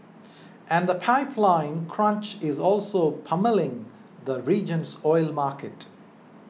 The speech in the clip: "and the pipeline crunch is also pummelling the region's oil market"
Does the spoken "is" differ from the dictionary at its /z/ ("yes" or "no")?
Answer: no